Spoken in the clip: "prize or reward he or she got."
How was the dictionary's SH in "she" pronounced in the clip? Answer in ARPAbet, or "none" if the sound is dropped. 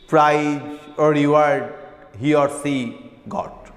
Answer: S